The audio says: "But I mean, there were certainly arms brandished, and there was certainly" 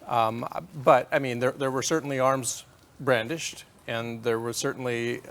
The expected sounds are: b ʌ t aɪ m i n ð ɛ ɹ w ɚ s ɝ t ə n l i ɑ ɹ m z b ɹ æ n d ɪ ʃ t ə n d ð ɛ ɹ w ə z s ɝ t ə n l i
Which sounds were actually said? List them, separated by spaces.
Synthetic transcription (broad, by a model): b ʌ t aɪ m i n ð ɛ ɹ w ɚ s ɝ t n l i ɑ ɹ m z b ɹ æ n d ɪ ʃ t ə n ð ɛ ɹ w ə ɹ s ɝ t n l i